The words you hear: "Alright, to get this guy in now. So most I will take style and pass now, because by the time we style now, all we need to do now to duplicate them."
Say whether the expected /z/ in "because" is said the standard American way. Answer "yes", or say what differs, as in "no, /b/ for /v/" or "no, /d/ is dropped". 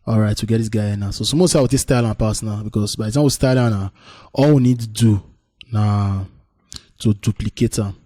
no, /s/ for /z/